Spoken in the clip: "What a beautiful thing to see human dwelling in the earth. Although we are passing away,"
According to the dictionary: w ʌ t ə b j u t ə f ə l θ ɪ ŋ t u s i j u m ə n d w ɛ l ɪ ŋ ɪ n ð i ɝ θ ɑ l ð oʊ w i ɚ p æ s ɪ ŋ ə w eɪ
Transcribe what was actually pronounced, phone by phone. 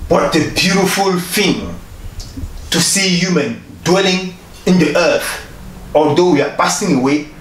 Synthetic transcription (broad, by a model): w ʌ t ə b j u t ə f ə l f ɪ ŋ t u s i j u m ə n d w ɛ l ɪ ŋ ɪ n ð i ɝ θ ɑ l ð oʊ w i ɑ p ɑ s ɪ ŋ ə w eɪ